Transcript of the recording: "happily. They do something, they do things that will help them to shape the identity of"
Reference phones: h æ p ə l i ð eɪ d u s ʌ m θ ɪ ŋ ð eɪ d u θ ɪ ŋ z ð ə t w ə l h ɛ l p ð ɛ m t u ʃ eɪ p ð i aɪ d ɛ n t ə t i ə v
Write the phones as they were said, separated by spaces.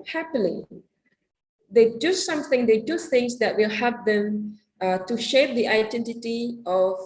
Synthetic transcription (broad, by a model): h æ p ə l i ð eɪ d u s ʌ m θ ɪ ŋ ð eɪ d u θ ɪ ŋ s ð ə t w ə l h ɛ p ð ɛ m t u ʃ eɪ p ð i aɪ d ɛ n t ə t i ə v